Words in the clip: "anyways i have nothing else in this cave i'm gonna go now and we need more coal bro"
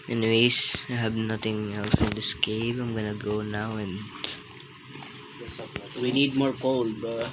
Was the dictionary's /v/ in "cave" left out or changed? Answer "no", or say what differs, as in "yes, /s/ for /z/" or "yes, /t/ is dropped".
yes, /p/ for /v/